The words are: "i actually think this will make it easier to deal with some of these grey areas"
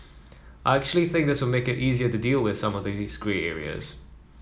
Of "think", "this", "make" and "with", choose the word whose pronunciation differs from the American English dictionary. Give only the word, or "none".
none